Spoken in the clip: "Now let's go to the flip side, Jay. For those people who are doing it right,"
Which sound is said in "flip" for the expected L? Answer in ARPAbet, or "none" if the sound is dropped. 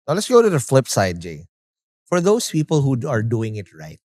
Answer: L